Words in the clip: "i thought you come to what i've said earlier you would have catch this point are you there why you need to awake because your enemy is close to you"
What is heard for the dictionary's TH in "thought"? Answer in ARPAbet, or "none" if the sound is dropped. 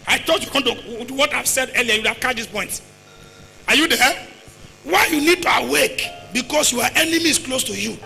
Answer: T